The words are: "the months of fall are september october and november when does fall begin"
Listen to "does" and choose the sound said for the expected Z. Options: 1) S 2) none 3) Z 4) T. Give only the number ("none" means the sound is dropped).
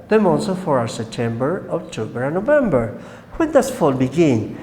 1